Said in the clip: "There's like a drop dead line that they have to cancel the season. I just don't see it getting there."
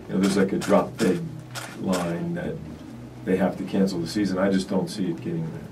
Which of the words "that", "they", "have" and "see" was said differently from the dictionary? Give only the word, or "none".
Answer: have